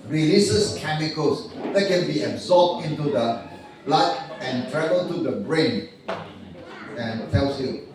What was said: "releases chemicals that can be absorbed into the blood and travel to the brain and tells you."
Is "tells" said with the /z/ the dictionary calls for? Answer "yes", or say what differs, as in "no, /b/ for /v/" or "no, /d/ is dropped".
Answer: no, /s/ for /z/